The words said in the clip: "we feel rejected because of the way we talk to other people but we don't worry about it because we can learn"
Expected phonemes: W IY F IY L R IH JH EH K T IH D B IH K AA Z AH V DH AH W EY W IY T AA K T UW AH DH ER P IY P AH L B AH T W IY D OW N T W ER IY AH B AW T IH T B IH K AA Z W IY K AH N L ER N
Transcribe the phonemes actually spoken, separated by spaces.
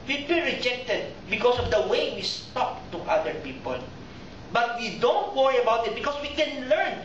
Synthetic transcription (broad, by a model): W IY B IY N R IH JH EH K T IH D B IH K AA S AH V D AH W EY W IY T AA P T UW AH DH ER P IY P AH L B AH T W IY D OW N T W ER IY AH B AW T IH T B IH K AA S W IY K AH N L ER N